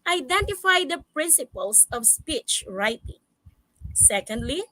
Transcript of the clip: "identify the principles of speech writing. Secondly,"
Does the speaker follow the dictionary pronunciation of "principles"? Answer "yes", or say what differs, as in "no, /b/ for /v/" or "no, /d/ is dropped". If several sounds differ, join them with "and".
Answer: no, /s/ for /z/